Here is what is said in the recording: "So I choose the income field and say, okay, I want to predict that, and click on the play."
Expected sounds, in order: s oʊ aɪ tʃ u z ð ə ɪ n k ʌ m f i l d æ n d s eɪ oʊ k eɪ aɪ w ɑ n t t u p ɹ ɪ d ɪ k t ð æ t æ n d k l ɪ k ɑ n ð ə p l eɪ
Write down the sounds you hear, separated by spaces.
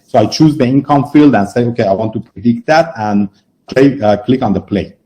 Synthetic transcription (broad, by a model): s oʊ aɪ tʃ u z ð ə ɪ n k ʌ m f i l d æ n s eɪ oʊ k eɪ aɪ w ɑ n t t u p ɹ ɪ d ɪ k t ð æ t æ n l k l ɪ k ɑ n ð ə p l eɪ